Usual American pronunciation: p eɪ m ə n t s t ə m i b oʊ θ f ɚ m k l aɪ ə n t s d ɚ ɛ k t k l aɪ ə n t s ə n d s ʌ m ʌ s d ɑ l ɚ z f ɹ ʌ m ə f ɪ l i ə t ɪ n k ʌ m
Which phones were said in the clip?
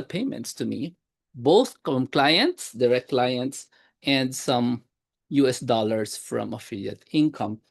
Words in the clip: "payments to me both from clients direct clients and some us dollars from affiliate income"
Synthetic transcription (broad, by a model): p eɪ m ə n t s t ə m i b oʊ θ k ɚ m k l aɪ ə n t s d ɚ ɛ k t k l aɪ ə n t s ə n d s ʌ m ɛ s d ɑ l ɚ s f ɹ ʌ m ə f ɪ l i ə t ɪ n k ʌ m